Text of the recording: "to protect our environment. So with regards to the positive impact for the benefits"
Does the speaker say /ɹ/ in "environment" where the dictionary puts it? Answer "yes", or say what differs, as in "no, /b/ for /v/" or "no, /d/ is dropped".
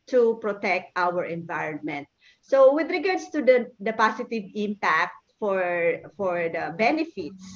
yes